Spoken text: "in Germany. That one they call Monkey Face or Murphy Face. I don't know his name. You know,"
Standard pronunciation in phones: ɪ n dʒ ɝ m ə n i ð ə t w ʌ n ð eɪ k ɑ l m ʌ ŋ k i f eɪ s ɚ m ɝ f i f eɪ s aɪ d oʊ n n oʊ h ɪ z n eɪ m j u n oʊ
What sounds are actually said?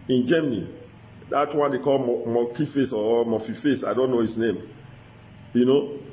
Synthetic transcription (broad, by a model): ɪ n dʒ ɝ m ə n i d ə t w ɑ n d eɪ k ɑ l m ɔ k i f eɪ s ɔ m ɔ f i f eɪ s aɪ d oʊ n n oʊ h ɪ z n eɪ m j u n oʊ